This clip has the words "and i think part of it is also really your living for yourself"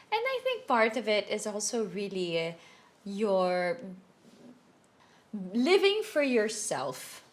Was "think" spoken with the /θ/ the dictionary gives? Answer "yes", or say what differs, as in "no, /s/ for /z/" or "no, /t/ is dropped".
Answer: yes